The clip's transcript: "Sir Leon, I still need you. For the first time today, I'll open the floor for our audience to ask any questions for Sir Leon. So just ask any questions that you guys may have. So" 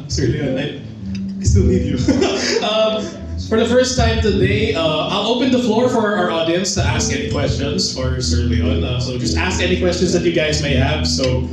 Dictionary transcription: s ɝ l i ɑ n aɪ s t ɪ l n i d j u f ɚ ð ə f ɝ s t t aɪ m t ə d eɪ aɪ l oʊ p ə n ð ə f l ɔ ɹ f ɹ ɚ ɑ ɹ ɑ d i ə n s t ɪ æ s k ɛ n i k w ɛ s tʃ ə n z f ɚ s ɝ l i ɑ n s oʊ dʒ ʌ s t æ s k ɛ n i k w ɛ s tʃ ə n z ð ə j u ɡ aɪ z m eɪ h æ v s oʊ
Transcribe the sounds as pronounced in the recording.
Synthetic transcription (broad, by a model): s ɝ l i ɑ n aɪ s t ɪ l i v j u f ɚ ð ə f ɝ s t t aɪ m t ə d eɪ aɪ l oʊ p ə n ð ə f l ɔ ɹ f ɹ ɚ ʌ ɹ ɑ d i ə n s t ɪ æ s k ɛ n i k w ɛ s tʃ ə n z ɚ s ɝ l i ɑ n s oʊ dʒ ʌ s t æ s k ɛ n i k w ɛ s tʃ ə n z ð ə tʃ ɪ ɡ aɪ z m eɪ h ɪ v s oʊ